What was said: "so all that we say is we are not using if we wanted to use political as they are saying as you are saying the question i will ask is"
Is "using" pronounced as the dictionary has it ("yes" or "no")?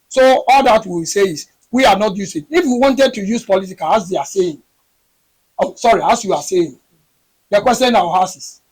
no